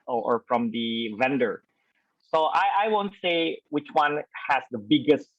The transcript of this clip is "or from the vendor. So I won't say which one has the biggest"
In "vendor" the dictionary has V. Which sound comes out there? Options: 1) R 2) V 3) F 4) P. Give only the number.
2